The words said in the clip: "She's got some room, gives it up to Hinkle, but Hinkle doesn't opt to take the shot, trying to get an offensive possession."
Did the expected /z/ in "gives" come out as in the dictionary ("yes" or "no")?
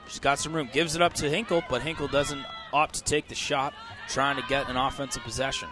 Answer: yes